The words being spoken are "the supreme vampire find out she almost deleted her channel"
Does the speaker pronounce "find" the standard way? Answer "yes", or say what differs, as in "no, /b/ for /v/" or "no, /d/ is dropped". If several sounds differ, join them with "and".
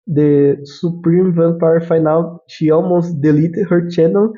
no, /d/ is dropped